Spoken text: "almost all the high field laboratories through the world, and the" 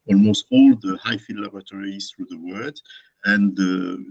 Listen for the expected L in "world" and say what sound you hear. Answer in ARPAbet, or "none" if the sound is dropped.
none